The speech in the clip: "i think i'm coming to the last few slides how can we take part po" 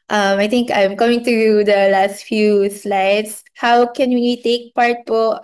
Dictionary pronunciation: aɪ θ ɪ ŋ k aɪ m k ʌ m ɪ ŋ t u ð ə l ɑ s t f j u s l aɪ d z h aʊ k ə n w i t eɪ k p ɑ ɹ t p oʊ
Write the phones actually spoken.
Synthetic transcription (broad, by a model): aɪ t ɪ ŋ k aɪ m k ʌ m ɪ ŋ t u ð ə l ɑ s t f j u s l aɪ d s h aʊ k ə n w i t eɪ k p ɑ ɹ t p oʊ